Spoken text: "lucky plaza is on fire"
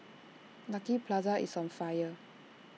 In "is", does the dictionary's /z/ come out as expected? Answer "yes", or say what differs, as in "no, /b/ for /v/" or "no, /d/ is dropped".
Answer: no, /s/ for /z/